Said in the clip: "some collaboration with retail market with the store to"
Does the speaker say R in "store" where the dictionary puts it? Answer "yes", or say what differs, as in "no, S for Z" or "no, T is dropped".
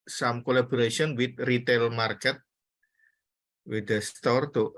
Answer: yes